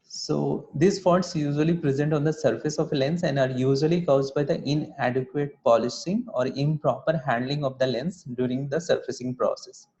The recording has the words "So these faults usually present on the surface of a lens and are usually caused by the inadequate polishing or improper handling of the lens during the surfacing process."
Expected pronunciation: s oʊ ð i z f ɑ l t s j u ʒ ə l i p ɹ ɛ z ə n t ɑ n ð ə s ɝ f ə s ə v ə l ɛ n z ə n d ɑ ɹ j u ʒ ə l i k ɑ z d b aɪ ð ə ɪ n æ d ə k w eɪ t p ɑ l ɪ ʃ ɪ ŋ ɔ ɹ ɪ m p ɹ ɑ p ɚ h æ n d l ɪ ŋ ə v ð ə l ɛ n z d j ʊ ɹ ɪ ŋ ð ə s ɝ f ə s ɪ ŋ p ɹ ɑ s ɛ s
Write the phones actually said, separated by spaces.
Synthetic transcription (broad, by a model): s oʊ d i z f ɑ t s j u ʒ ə l i p ɹ ɛ z ə n t ɑ n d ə s ɝ f ə s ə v l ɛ n s ə n d ɑ ɹ j u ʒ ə l i k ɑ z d b aɪ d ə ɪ n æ d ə k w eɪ t p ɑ l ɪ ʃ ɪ ŋ ɔ ɹ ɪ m p ɹ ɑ p ɚ h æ n d l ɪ ŋ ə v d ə l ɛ n s d j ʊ ɹ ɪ ŋ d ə s ɝ f ə s ɪ ŋ p ɹ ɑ s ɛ s